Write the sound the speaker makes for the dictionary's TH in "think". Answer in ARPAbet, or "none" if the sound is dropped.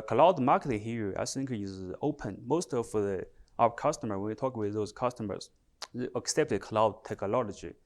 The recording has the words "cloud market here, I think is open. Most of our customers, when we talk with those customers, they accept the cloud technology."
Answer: S